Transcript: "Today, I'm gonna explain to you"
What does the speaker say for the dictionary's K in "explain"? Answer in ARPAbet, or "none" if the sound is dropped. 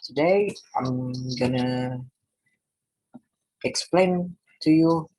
K